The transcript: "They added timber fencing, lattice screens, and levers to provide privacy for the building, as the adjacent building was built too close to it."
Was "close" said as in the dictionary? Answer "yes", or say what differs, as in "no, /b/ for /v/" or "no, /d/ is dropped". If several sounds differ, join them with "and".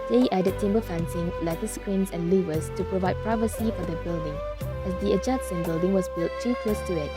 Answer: no, /l/ is dropped